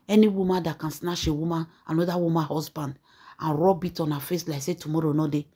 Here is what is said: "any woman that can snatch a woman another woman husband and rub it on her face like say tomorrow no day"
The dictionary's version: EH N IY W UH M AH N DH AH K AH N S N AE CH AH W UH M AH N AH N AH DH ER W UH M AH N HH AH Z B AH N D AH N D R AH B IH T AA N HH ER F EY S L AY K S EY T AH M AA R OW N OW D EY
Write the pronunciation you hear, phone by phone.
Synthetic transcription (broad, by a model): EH N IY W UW M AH N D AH K AH N S N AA SH AH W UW M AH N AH N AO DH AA W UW M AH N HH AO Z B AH N D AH N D R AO B IH T AA N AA F EY S L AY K S EY T AH M AA R OW N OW D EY